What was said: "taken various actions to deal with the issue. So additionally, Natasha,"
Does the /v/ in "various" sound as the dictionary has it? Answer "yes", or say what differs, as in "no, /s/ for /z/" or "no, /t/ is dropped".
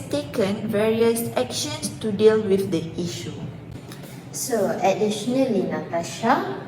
yes